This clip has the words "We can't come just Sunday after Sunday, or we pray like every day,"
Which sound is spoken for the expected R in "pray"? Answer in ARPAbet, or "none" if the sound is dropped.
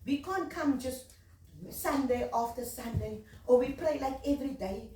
L